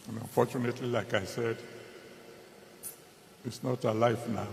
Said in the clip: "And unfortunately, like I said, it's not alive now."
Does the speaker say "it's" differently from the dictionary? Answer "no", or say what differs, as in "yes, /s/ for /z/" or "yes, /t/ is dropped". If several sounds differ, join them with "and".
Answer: no